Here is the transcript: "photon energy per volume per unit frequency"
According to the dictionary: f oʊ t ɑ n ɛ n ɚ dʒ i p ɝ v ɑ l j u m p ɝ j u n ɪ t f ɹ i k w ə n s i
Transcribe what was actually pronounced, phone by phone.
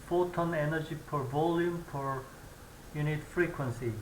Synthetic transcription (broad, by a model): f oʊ t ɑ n ɛ n ɚ dʒ i p ɝ v ɑ l j u m p ɝ j u n ɪ t f ɹ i k w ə n s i